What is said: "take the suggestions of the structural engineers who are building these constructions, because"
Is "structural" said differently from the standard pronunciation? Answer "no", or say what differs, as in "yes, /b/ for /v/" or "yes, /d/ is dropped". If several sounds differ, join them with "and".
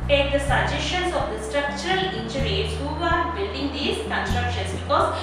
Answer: no